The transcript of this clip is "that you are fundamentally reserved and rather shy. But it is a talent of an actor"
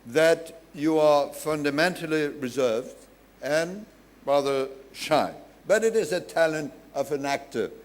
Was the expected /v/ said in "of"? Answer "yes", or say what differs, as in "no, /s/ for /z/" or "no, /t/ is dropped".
yes